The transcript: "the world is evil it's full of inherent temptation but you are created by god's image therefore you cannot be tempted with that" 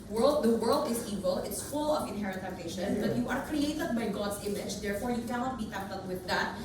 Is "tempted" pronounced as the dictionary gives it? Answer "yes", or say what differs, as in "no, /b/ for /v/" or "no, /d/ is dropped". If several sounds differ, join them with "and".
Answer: no, /m/ is dropped